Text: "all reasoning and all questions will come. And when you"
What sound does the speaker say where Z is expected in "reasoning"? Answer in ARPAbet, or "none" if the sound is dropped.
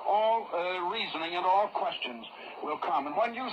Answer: Z